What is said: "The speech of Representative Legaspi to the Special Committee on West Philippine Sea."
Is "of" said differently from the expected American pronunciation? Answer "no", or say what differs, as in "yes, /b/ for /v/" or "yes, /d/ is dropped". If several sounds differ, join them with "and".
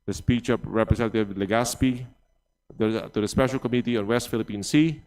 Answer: yes, /p/ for /v/